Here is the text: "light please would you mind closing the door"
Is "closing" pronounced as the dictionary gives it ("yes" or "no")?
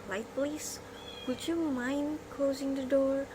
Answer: yes